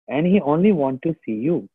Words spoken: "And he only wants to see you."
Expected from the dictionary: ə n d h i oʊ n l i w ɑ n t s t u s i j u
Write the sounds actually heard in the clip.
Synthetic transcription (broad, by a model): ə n d h i oʊ n l i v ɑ n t t u s i j u